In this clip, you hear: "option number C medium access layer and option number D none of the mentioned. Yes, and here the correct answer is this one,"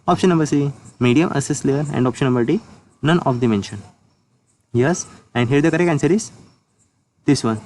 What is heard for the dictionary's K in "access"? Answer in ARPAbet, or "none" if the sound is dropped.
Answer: none